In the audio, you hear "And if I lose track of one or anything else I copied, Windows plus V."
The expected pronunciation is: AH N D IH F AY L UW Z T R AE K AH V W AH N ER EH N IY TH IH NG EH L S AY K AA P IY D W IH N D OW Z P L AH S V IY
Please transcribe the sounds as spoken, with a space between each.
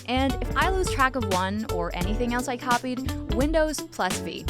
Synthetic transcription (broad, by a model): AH N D IH F AY L UW Z T R AE K AH V W AH N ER EH N IY TH IH NG EH L S AY K AA P IY D W IH N D OW Z P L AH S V IY